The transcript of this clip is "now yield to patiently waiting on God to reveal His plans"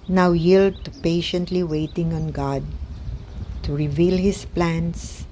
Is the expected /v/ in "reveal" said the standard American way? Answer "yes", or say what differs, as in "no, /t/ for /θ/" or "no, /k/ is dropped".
yes